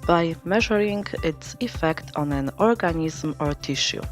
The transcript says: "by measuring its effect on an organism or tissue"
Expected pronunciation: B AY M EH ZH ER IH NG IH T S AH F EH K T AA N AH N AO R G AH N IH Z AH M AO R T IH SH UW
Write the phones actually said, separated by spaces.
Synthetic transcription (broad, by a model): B AY M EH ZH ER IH NG IH T S AH F EH K T AA N AH N AO R G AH N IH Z M AO R T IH SH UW